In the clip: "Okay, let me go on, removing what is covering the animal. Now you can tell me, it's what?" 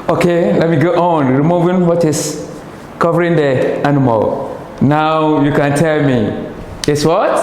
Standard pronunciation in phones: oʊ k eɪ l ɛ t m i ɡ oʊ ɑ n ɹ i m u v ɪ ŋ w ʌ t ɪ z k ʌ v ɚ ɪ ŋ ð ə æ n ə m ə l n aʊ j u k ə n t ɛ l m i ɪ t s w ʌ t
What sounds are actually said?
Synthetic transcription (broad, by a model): oʊ k eɪ l ɛ t m i ɡ oʊ ɑ n ɹ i m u v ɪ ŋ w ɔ t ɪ s k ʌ v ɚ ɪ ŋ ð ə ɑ n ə m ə l n aʊ j u k ə n t ɛ l m i ɪ t s w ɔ t